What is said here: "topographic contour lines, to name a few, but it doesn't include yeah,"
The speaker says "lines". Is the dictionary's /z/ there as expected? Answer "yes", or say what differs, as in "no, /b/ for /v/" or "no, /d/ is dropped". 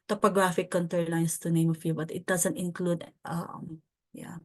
no, /s/ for /z/